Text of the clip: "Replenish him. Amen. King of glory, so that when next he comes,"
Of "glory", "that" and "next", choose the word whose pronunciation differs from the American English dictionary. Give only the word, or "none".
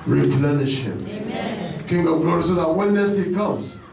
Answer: next